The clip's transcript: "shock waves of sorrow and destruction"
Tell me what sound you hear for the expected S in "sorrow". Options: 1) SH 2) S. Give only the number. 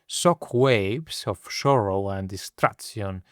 1